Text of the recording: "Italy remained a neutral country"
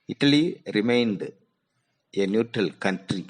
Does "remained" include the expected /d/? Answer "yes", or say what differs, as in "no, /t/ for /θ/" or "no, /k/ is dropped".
yes